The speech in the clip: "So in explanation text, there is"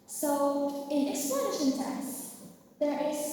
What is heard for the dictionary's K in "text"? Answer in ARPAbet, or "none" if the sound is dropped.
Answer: none